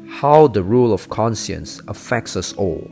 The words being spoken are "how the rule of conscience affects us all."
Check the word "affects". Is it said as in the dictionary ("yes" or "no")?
yes